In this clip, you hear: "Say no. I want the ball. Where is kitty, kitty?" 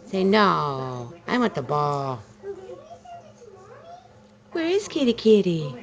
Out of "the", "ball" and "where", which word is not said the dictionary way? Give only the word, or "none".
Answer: none